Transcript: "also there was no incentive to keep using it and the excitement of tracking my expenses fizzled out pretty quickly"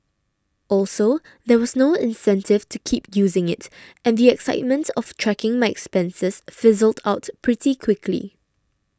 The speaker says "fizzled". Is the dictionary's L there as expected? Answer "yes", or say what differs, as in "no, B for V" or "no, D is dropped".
yes